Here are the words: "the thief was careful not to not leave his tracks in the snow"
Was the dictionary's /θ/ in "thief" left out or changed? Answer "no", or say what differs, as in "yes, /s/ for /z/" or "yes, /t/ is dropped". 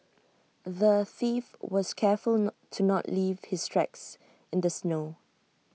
no